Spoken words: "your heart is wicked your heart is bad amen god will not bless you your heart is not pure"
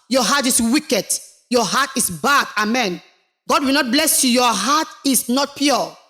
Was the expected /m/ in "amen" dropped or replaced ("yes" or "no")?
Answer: no